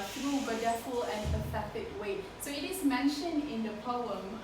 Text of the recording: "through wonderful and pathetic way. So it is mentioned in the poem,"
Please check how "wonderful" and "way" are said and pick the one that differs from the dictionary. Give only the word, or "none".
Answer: wonderful